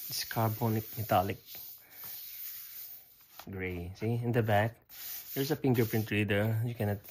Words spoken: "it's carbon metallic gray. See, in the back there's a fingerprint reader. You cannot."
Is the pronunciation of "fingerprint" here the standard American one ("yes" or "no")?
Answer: no